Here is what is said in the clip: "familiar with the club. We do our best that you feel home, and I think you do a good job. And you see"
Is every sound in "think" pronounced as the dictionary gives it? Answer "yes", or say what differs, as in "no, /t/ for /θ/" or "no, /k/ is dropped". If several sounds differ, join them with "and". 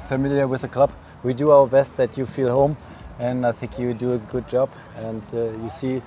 yes